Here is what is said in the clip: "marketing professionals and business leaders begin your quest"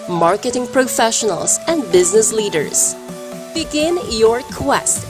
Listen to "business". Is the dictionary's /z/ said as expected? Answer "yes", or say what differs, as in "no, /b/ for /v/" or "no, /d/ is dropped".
yes